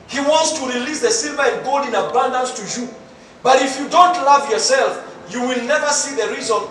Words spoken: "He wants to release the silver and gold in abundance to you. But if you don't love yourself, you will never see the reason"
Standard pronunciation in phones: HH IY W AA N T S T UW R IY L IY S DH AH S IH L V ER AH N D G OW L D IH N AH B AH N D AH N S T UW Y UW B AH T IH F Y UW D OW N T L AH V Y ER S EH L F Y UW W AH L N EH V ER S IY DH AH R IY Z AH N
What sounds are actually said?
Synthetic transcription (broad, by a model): HH IY W AA N T S T UW R IY L IY S DH AH S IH L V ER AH N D G OW L D IH N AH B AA N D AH N S T UW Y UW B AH T IH F Y UW D OW N T L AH V Y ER S EH L F Y UW W AH L N EH V ER S IY DH AH R IY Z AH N